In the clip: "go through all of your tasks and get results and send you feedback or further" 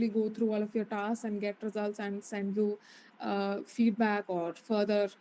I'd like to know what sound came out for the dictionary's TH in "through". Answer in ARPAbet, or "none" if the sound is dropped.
T